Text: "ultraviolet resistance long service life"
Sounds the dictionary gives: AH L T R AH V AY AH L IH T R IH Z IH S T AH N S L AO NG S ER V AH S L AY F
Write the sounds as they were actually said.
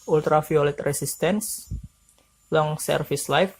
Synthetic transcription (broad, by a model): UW L T R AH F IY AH L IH T R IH S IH S T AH N S L AO NG S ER F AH S L AY F